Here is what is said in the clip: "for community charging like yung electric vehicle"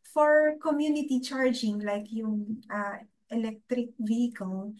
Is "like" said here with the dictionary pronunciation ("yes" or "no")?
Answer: yes